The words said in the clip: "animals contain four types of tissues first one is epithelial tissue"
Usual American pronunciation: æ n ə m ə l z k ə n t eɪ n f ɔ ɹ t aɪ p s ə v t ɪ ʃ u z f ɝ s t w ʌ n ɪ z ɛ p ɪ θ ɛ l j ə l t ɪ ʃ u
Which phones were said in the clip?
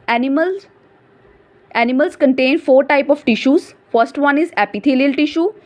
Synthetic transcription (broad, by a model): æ n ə m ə l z k ə n t eɪ n f ɔ ɹ t aɪ p ə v t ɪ ʃ u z f ɝ s t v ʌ n ɪ z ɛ p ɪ t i l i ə l t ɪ ʃ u